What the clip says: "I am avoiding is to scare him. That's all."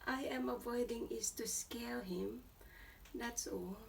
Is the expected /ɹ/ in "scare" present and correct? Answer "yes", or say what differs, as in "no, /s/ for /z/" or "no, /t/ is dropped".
no, /l/ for /ɹ/